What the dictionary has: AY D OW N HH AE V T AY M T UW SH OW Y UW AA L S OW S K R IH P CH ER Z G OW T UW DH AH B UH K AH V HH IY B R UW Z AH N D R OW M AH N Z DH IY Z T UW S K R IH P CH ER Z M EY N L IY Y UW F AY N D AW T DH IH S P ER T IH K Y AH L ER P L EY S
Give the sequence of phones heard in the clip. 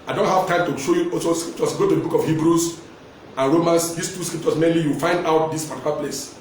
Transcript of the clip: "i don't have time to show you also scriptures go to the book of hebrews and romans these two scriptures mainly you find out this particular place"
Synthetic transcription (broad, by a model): AY D OW N HH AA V T AY M T UW SH OW Y UW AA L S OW S K R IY P CH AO S G OW T UW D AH B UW K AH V HH IY B R UW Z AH N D R OW M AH N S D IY S T UW S K R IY P CH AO S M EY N L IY Y UW F AY N D AW T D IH S P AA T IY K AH L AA P L EY S